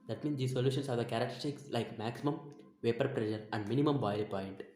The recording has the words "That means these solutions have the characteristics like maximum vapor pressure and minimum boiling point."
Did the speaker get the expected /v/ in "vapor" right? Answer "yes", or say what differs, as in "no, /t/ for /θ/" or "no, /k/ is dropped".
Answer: yes